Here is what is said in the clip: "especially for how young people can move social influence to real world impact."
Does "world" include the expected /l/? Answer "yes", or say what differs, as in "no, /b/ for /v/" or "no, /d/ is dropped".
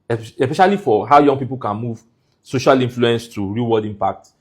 no, /l/ is dropped